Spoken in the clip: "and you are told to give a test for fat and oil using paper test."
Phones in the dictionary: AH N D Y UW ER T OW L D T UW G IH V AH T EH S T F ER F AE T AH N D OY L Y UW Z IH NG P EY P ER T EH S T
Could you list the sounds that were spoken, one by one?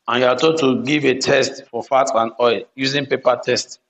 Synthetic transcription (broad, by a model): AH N Y UW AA T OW D T UW G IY V AH T EH S T F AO F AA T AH N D OY L Y UW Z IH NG P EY P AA T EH S T